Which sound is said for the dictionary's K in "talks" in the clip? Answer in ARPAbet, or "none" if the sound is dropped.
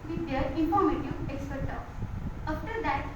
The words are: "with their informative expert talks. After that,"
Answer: none